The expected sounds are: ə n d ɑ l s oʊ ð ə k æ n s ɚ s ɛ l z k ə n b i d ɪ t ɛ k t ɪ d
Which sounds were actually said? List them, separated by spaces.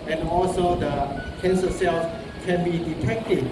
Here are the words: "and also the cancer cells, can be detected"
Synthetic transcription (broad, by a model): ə n ɑ l s oʊ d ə k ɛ n s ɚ s ɛ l s k ə n b i d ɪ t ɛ k t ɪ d